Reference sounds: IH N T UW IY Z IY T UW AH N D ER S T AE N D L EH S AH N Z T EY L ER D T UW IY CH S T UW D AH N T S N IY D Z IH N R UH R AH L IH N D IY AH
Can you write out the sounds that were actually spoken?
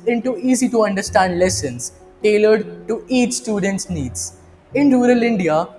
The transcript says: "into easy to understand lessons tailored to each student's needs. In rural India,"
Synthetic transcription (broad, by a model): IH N T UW IY Z IY T UW AH N D ER S T AE N D L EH S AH N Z T EY L ER D T UW IY CH S T UW D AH N T S N IY D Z IH N R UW R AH L IH N D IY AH